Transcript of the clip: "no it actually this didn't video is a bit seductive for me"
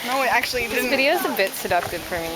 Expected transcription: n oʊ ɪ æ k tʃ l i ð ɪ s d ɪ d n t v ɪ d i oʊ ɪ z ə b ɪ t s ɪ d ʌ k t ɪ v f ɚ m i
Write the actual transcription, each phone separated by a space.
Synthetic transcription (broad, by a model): n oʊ ɪ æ k tʃ i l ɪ d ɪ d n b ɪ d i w ɪ z ə b ɪ t s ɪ d ʌ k t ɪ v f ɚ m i